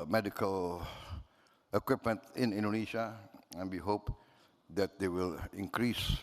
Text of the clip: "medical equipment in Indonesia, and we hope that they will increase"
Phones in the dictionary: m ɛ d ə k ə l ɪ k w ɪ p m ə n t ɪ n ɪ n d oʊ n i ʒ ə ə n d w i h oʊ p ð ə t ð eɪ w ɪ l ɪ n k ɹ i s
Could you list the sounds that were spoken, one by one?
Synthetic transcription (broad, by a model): m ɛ d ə k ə l ɪ k w ɪ p m ə n t ɪ n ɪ n d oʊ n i ʃ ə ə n w i h oʊ p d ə t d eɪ w ɪ l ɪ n k ɹ i s